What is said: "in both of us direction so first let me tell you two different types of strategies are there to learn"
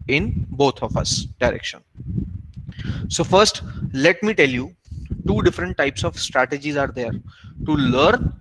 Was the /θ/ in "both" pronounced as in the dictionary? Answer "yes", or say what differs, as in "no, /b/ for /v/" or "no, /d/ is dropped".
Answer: no, /t/ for /θ/